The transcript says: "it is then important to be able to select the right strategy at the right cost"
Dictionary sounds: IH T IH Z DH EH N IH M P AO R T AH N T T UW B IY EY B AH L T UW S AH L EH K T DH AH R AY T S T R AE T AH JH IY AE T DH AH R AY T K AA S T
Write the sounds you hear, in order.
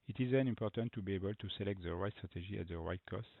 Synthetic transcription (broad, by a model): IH T IH Z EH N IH M P AO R T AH N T T UW B IY EY B AH L T UW S AH L EH K T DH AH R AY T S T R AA T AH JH IY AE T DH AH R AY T K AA S T